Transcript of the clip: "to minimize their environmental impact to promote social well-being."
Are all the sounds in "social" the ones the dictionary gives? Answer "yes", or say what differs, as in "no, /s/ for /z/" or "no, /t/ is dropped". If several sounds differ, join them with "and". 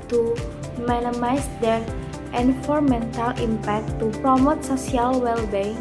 no, /s/ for /ʃ/